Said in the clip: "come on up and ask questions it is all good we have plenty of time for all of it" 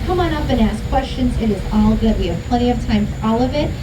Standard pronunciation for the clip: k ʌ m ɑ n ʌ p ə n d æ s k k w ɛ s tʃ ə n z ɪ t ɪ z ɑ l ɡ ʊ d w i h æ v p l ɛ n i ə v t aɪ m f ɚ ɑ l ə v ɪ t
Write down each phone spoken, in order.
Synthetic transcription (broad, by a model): k ʌ m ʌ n ʌ p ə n æ s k k w ɛ s tʃ ə n z ɪ t ɪ z ɑ l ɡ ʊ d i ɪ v p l ɛ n i ə v t aɪ m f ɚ ɑ l ə v ɪ t